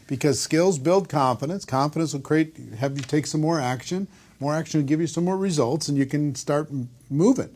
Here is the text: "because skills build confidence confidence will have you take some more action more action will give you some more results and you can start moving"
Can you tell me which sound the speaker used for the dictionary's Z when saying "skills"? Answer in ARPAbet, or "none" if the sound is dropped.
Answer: Z